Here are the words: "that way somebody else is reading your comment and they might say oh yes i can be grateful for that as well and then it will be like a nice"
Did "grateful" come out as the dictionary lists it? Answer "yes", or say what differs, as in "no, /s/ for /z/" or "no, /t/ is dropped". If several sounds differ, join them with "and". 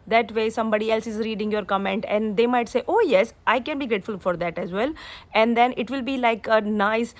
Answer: yes